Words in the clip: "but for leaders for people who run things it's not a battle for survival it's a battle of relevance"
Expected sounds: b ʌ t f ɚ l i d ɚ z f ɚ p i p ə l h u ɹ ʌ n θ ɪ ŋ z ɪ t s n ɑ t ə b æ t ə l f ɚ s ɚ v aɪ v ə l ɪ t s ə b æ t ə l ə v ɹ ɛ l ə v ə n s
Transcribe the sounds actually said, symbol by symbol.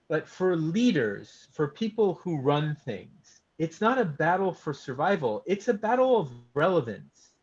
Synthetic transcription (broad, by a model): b ʌ t f ɚ l i d ɚ z f ɚ p i p l h u ɹ ʌ n θ ɪ ŋ z ɪ t s n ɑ t ə b æ t l f ɚ s ɚ v aɪ v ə l ɪ t s ə b æ t l ə v ɹ ɛ l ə v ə n s